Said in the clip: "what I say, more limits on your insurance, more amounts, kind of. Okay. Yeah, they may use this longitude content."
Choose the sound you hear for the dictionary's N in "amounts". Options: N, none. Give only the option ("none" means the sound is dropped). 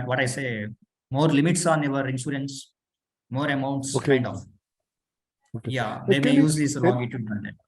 N